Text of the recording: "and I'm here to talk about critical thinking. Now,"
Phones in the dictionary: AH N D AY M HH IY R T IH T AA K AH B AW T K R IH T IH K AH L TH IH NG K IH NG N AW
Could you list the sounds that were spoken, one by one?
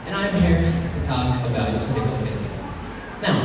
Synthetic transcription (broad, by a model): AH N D AY M HH IY R T IH T AA K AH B AW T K IH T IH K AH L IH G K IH N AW